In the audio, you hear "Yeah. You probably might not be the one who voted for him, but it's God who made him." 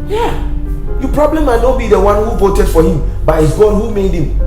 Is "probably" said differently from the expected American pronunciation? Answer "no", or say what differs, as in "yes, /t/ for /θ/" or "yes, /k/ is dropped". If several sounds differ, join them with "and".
no